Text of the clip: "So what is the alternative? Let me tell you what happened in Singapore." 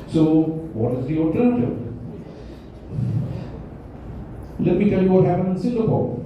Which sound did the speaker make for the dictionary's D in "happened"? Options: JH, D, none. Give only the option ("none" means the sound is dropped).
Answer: none